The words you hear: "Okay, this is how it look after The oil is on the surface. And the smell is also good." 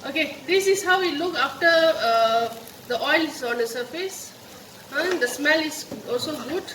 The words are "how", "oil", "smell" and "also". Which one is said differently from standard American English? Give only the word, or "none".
none